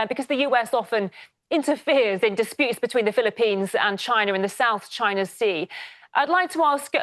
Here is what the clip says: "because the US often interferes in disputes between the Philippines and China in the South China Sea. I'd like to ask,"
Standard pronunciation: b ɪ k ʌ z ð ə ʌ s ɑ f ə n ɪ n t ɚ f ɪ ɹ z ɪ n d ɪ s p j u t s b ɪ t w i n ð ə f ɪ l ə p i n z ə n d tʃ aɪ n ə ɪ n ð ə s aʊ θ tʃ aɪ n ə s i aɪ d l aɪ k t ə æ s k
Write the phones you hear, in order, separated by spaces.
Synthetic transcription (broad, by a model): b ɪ k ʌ z ð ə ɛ s ɑ f ə n ɪ n t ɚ f ɪ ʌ z ɪ n d ɪ s p j u t s b ɪ t w i n ð ə f ɪ l ə p i n z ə n tʃ aɪ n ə ɪ n ð ə s aʊ θ tʃ aɪ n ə s i aɪ d l aɪ k t ə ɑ s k